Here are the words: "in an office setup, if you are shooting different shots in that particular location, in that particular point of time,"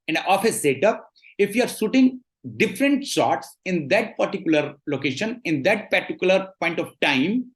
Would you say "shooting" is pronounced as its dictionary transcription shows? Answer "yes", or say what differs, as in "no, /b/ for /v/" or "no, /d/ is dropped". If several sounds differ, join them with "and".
no, /s/ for /ʃ/